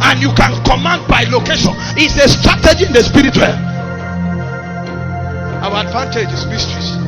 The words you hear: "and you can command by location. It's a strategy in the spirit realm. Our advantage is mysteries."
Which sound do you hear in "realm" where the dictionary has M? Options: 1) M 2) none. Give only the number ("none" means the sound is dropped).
2